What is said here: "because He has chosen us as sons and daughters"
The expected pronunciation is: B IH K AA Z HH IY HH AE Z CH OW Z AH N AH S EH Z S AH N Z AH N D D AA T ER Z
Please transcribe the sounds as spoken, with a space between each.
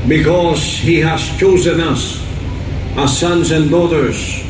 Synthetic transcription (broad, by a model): B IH K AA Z HH IY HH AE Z CH OW Z AH N AH S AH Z S AH N Z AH N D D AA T ER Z